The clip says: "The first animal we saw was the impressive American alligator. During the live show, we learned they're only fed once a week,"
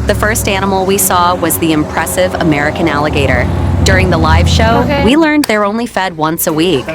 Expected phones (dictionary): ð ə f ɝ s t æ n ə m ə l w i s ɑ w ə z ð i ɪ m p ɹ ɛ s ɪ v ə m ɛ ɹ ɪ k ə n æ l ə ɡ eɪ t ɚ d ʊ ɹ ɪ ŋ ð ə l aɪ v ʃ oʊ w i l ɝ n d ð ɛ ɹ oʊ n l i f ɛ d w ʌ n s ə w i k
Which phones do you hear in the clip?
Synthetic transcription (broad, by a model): ð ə f ɝ s t æ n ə m l w i s ɑ w ə z ð i ɪ m p ɹ ɛ s ɪ v ə m ɛ ɹ ɪ k ə n æ l ə ɡ eɪ t ɚ d ʊ ɹ ɪ ŋ ð ə l aɪ v ʃ oʊ w i l ɝ n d ð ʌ ɹ oʊ n l i f ɛ d w ʌ n s ə w i k